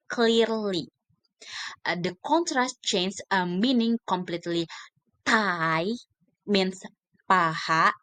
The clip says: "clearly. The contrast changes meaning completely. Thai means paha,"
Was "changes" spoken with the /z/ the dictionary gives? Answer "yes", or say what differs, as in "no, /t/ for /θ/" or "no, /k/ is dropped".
no, /z/ is dropped